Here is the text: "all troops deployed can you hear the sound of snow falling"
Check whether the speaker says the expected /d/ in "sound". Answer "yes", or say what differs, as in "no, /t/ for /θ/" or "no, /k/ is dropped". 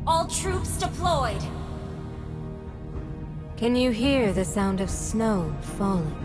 yes